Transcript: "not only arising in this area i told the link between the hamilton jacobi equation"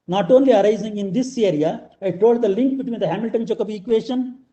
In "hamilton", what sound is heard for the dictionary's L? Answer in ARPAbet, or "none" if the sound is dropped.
L